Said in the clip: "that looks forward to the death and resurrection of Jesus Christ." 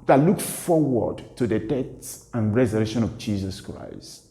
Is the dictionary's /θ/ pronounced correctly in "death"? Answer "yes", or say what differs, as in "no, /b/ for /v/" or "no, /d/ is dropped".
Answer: no, /s/ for /θ/